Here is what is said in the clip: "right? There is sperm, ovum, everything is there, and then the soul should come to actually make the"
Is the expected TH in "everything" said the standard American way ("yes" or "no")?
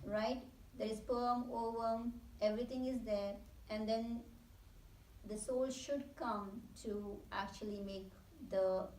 no